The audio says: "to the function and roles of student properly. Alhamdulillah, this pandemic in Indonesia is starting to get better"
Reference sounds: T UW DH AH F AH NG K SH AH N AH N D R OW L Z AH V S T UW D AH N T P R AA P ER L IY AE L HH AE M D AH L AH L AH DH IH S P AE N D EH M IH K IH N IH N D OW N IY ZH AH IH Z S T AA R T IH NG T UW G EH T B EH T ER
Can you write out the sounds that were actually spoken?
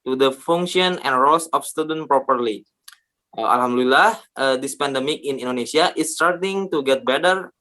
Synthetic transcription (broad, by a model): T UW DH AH F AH NG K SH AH N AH N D R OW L S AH F S T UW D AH N P R AA P ER L IY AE L HH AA M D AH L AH L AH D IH S P AE N D EH M IH K IH N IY N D OW N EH S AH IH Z S T AA R T IH NG T UW G EH T B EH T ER